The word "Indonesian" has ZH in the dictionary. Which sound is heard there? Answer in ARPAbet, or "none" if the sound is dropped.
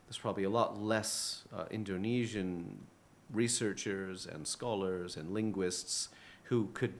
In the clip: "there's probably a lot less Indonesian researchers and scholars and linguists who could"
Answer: ZH